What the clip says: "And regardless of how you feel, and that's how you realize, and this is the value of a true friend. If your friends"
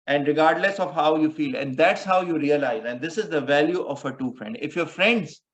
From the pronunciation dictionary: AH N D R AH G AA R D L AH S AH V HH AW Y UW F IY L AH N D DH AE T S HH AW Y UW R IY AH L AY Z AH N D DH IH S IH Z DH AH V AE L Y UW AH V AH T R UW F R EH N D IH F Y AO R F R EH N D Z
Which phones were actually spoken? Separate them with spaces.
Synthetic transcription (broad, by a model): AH N D R AH G AA R D L AH S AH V HH AW Y UW F IY L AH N D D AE T S HH AW Y UW R IY AH L AY Z AH N D IH S IH Z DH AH V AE L Y UW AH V AH T UW F R EH N D IH F Y AO R F R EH N D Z